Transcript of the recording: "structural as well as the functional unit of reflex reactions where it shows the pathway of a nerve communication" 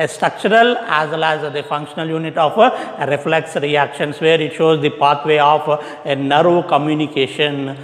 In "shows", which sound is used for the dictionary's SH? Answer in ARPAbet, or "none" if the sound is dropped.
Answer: SH